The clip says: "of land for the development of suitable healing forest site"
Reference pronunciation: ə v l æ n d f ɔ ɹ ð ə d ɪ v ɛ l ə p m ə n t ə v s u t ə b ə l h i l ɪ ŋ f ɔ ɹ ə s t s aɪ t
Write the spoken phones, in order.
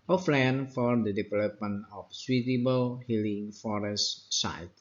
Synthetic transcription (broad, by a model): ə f l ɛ n f ɔ ɹ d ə d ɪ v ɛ l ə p m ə n ə f s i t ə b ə l h i l ɪ ŋ f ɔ ɹ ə s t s aɪ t